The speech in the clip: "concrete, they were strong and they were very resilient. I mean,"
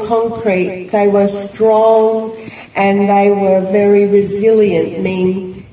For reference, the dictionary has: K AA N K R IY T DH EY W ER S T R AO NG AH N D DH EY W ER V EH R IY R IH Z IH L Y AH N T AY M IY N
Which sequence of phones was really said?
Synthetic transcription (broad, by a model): K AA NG K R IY T DH EY W ER S T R AO NG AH N DH EY W ER V EH R IY R IH Z IH L Y AH N T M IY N